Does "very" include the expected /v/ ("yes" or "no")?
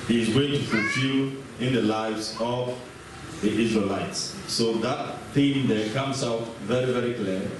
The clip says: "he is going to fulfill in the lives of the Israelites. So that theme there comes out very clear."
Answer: yes